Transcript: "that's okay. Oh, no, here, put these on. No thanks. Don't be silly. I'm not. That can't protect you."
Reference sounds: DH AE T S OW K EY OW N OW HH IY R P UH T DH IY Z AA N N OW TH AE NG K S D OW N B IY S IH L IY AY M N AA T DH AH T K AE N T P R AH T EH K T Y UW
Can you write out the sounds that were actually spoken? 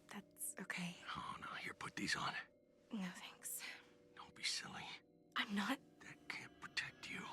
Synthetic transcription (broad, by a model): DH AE T S OW K EY OW N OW HH IY R P UH T DH IY Z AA N N OW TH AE NG K S D OW N B IY S IH L IY AY M N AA T DH AH T K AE N P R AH T EH K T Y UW